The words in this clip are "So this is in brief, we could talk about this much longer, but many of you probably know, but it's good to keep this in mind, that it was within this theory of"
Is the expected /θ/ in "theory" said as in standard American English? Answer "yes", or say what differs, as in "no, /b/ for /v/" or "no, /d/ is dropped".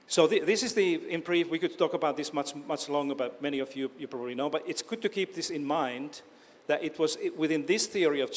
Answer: yes